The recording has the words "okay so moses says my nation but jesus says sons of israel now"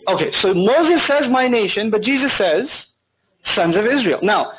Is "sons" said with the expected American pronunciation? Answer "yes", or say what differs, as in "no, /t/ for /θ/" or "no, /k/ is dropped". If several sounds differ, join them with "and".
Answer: yes